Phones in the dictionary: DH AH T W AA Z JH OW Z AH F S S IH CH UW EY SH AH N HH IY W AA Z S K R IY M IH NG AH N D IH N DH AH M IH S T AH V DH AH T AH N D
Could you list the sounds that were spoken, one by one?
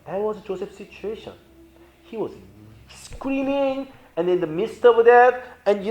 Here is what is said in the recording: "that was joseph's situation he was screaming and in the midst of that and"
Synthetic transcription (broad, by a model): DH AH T W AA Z JH OW S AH F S S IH CH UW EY SH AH N HH IY W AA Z S K R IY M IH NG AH N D IH N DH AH M IH S T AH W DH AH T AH N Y